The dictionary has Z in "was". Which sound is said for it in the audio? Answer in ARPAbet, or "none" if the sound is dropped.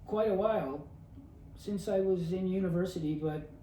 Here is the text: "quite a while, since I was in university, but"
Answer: Z